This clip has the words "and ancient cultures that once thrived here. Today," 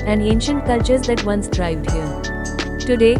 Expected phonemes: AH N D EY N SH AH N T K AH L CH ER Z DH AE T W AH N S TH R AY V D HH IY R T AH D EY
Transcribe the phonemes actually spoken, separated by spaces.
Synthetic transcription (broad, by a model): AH N D EY N SH AH N T K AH L CH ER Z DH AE T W AH N S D R AY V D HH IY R T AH D EY